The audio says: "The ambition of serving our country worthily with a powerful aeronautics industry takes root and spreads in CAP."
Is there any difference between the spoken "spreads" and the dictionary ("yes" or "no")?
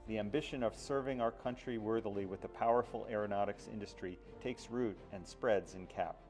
no